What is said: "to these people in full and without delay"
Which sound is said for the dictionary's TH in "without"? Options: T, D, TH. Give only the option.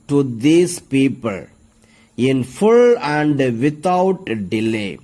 T